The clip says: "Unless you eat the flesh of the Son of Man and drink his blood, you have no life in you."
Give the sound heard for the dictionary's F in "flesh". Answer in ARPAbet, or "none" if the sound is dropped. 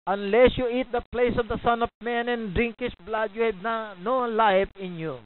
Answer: P